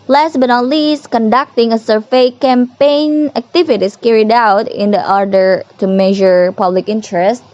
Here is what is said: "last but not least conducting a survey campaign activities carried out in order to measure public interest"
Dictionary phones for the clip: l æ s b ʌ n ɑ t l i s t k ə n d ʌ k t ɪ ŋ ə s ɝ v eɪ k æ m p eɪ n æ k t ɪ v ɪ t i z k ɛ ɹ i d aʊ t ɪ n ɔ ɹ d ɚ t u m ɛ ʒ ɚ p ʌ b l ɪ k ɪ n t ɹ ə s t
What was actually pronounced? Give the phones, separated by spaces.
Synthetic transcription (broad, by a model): l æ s b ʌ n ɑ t l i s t k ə n d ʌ k t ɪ ŋ ə s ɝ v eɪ k æ m p eɪ n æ k t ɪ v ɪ t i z k ɛ ɹ i d aʊ t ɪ n ɔ ɹ d ɚ t u m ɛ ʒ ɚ p ʌ b l ɪ k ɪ n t ɹ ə s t